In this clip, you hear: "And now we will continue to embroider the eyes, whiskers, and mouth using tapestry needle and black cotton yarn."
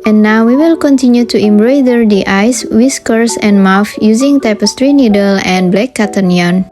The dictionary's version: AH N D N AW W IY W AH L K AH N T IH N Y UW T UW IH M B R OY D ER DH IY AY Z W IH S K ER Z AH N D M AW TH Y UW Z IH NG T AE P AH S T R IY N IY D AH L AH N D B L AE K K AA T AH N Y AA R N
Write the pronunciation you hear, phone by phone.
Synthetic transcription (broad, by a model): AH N N AW W IY W AH L K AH N T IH N Y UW T UW IH M B R OY D ER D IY AY S W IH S K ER S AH N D M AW F Y UW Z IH NG T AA P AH S T R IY N IY D AH L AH N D B L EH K K AA T AH N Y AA N